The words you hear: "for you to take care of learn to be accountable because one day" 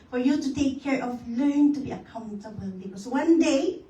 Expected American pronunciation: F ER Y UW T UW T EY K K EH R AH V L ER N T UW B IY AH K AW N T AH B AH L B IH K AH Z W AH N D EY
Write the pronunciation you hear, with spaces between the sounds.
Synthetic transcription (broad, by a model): F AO Y UW T UW T EY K K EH R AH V L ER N T UW B IY AH K AW N T AH B AH L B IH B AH S W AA N D EY